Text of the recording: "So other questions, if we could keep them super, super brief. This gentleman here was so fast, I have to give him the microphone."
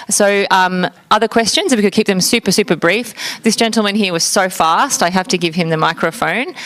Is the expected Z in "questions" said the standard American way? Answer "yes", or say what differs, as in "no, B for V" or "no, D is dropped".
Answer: yes